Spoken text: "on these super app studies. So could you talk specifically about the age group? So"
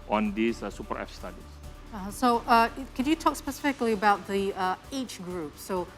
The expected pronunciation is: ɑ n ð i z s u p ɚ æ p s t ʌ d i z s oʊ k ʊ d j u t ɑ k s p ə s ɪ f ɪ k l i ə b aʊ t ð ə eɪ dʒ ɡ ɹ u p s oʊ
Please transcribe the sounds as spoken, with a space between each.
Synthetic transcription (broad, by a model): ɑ n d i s s u p ɚ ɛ f s t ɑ d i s s oʊ k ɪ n j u t ɑ k s p ə s ɪ f ɪ k l i ə b aʊ t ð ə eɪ tʃ ɡ ɹ u p s oʊ